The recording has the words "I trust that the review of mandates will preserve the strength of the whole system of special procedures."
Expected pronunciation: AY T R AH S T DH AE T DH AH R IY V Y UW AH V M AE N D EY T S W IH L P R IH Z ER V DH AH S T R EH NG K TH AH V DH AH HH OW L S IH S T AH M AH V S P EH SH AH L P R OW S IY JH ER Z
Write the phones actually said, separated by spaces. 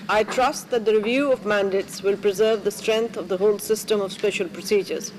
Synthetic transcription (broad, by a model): AY T R AH S T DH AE T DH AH R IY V Y UW AH V M AE N D EY T S W IH L P R IH Z ER V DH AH S T R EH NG K T AH V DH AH HH OW L S IH S T AH M AH V S P EH SH AH L P R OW S IY JH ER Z